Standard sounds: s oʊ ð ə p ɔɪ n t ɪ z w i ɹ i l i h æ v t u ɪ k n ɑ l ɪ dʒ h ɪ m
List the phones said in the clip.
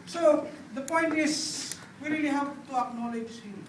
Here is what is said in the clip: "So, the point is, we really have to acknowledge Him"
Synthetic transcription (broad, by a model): s oʊ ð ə p ɔɪ n t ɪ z w i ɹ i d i h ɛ p t u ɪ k n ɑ l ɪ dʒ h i